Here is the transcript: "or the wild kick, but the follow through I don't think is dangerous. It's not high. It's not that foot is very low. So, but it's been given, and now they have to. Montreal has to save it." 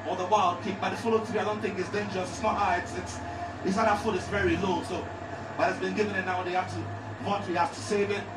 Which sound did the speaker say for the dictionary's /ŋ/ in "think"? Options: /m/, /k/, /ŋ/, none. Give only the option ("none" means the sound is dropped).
/ŋ/